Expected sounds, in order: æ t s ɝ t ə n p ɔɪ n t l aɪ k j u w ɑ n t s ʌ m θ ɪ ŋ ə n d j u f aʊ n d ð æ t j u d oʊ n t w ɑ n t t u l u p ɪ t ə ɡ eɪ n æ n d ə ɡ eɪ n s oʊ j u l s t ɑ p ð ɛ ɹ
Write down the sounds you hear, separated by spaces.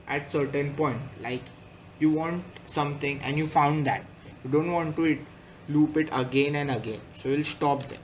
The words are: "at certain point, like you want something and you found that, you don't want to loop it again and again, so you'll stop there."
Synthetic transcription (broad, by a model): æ t s ɝ t ə n p ɔɪ n t l aɪ k j u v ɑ n t s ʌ m t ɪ ŋ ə n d j u f aʊ n d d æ t j u d oʊ n t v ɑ n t t u l u p ɪ t ə ɡ eɪ n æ n d ə ɡ eɪ n s oʊ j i l s t ɑ p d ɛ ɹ